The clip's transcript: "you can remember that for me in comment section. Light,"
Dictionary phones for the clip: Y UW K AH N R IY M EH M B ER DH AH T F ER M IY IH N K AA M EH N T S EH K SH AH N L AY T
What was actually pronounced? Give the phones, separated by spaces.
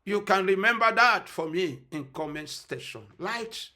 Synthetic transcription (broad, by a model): Y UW K AH N R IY M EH M B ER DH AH T F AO M IY IH N K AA M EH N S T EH SH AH N L AY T